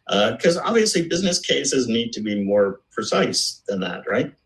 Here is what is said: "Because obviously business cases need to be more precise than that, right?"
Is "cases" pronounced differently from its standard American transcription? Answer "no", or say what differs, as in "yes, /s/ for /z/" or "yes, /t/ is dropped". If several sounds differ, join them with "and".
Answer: no